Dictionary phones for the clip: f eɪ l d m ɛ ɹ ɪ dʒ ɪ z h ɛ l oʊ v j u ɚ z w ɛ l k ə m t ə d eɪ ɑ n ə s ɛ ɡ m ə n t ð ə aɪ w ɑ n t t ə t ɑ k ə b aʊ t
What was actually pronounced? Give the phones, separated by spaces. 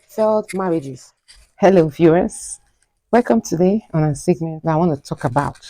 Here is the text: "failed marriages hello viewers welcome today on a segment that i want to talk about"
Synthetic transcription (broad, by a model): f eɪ l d m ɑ ɹ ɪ dʒ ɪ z h ɛ l oʊ f j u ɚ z w ɛ l k ə m t ə d eɪ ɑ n ə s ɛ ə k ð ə aɪ w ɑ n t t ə t ɑ k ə b aʊ t